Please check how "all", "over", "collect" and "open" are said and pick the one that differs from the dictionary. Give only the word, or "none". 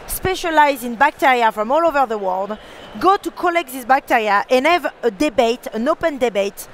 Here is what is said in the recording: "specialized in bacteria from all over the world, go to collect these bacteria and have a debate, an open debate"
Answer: none